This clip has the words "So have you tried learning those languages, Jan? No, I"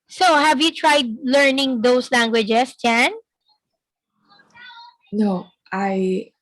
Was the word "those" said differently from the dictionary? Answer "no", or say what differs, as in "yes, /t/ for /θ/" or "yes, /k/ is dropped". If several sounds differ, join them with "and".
yes, /s/ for /z/